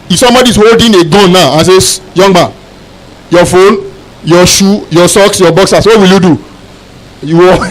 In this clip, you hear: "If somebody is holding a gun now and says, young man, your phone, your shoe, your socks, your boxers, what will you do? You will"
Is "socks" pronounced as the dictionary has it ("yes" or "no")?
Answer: yes